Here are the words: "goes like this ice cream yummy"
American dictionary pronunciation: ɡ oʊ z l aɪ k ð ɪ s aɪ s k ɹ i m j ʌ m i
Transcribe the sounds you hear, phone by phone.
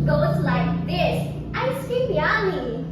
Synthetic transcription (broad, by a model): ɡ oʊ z l aɪ k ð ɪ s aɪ s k i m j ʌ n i